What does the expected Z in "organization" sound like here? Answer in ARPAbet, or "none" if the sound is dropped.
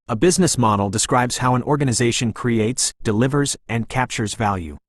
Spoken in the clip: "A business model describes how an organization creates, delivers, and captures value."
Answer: Z